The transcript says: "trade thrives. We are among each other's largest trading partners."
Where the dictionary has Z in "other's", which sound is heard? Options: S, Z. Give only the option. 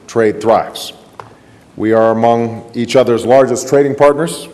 Z